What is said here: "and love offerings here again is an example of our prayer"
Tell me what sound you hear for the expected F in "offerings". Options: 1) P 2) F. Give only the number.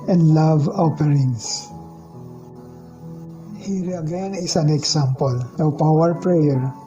1